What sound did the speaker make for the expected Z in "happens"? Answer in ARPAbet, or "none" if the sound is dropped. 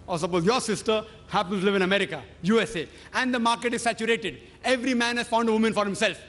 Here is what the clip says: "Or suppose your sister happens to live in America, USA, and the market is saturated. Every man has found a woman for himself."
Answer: none